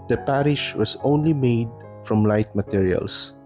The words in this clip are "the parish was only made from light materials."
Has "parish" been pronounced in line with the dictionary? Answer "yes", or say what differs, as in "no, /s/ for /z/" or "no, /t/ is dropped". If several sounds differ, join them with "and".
yes